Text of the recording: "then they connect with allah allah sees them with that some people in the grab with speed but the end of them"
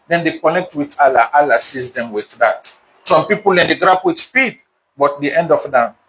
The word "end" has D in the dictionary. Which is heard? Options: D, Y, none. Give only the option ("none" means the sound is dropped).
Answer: D